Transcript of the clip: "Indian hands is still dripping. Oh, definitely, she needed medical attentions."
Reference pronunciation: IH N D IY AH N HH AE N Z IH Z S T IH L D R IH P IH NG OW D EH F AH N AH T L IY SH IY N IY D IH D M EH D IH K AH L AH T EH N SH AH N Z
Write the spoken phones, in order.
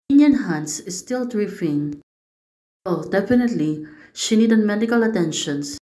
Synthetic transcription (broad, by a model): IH N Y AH N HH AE N S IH S T IH L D R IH F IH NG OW D EH F AH N AH T L IY SH IY N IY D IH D M EH D IH K AH L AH T EH N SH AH N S